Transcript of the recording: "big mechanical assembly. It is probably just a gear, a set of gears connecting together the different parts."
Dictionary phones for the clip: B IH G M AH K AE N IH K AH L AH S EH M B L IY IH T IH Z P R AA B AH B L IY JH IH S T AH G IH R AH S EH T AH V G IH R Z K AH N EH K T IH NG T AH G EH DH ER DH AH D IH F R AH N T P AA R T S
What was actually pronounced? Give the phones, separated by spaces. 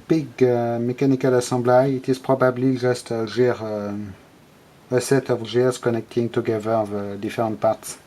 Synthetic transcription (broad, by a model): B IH G M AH K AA N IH K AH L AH S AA B L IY IH T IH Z P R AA B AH B L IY ZH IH S T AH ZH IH R AH S EH T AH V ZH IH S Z K AH N EH K T IH NG T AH G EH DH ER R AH D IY F R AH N T P AA R T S